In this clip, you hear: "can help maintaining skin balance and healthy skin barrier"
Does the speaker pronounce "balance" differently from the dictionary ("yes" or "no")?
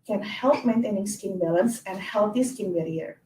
no